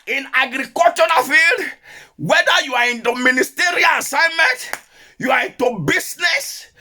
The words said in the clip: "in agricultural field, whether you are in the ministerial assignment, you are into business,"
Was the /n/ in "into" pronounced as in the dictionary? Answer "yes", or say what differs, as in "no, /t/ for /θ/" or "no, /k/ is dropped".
yes